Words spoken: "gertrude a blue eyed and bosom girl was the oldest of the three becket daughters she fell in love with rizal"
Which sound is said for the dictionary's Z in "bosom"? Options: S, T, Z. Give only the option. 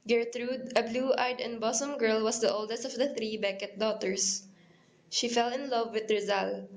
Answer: S